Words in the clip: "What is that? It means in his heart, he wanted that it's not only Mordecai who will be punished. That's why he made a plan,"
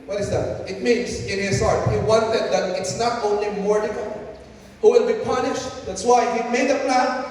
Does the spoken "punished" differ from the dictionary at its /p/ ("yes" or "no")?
no